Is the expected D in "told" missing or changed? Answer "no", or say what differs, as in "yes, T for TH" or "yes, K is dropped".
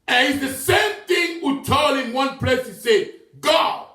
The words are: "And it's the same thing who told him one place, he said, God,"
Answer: yes, D is dropped